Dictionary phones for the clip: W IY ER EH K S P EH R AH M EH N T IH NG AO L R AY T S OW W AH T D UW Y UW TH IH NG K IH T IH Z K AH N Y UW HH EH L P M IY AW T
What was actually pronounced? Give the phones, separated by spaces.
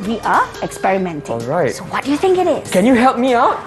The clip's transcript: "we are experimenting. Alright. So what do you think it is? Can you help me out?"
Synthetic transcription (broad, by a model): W IY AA EH K S P EH R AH M EH N T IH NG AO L R AY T S OW W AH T D UW Y UW TH IH NG K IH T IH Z K AH N Y UW HH EH L P M IY AW T